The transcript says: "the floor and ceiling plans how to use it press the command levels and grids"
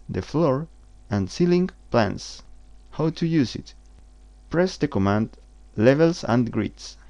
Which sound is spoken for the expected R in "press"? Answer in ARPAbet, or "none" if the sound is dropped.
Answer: R